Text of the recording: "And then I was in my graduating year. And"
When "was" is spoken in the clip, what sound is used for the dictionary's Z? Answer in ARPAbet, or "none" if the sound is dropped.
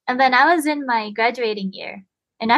Z